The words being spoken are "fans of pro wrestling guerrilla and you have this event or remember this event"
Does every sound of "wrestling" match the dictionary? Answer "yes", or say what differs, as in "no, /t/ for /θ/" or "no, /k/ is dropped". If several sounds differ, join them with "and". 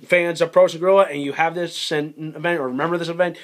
no, /l/ is dropped